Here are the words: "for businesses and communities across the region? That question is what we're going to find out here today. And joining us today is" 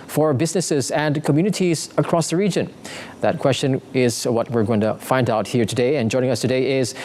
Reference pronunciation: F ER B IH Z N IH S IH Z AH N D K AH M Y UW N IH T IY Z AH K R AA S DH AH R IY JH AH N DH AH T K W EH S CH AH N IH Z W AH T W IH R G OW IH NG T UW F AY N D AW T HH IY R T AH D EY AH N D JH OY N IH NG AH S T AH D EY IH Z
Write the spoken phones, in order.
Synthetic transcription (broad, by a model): F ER B IH Z N IH S IH Z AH N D K AH M Y UW N IH T IY Z AH K R AA S DH AH R IY JH AH N DH AH T K W EH S CH AH N IH Z W AH T W IH R G OW IH NG T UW F AY N D AW T HH IY R T AH D EY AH N JH OY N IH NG AH S T AH D EY IH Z